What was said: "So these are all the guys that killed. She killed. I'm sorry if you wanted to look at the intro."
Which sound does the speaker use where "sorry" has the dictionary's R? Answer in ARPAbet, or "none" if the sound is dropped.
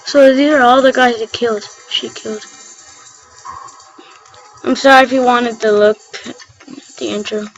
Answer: R